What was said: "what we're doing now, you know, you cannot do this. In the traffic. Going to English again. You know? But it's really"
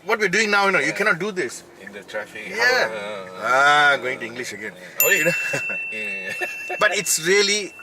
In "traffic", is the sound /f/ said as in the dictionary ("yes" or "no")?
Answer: no